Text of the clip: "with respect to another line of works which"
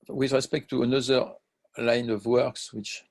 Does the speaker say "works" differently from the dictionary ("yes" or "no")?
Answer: no